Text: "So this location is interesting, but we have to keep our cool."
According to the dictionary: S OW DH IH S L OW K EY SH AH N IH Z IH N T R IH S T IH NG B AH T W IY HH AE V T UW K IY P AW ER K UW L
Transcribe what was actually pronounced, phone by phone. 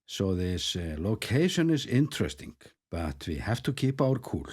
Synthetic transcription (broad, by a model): S OW DH IH S L OW K EY SH AH N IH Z IH N T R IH S T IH NG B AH T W IY HH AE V T UW K IY P AW ER K UW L